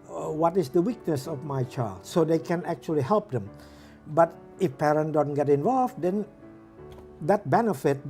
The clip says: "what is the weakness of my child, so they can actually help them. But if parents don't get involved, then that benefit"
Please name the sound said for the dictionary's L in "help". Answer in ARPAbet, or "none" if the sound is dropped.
L